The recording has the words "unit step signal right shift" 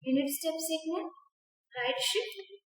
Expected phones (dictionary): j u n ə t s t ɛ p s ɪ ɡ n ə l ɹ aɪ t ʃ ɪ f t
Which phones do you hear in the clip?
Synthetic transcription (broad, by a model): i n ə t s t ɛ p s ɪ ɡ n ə n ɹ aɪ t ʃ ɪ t